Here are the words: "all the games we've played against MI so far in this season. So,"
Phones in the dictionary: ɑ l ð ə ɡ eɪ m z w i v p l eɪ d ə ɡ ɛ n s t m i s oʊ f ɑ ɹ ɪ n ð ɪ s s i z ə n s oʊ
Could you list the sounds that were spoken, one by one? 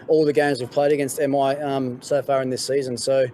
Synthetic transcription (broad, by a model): ɑ l ð ə ɡ eɪ m z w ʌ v p l eɪ d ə ɡ ɛ n s t m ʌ s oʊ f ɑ ɹ ɪ n ð ɪ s s i z ə n s oʊ